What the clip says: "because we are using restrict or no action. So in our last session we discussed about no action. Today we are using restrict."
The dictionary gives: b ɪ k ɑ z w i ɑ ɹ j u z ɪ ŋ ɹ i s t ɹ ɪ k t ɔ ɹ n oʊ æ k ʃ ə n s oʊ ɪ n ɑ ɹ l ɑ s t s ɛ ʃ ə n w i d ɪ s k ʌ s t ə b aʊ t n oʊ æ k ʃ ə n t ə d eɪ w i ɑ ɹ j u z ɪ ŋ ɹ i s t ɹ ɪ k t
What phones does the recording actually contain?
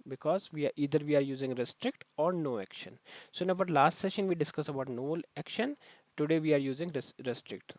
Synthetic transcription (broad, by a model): b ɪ k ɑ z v i ɑ ɹ j u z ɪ ŋ ɹ i s t ɹ ɪ k t ɔ ɹ n oʊ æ k ʃ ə n s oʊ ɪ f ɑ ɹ l ɑ s t s ɛ ʃ ə n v i d ɪ s k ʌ s ə b aʊ t n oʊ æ k ʃ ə n t ə d eɪ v i ɑ ɹ j u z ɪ ŋ ɹ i s t ɹ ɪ k t